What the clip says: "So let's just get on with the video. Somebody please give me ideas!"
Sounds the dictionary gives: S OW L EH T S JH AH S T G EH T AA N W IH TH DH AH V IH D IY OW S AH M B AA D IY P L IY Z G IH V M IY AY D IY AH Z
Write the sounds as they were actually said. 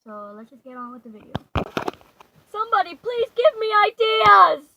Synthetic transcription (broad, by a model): S OW L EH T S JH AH S G EH T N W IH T DH AH V IH D IY OW S AH M B AA D IY P L IY Z G IH V M IY AY D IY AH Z